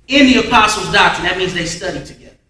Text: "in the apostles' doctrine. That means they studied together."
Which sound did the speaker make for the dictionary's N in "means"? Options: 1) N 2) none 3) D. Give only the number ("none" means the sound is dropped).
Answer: 1